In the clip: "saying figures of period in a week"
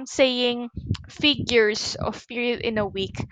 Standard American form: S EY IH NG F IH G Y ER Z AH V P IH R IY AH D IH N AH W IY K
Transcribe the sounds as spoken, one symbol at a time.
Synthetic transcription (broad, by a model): S EY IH NG F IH G Y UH S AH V P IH R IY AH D IH N AH W IY K